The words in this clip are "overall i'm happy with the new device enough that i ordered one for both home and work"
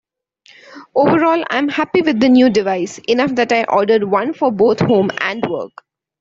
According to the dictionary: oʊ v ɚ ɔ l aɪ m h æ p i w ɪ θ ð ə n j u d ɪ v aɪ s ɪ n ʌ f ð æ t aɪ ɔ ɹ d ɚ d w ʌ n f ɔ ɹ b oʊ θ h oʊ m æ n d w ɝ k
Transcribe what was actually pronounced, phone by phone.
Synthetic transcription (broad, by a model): oʊ v ɚ ɔ l aɪ m h æ p i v ɪ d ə n j u d ɪ v aɪ s ɪ n ʌ f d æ t aɪ ɔ ɹ d ɚ d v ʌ n f ɔ ɹ b oʊ t h oʊ m æ n d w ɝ k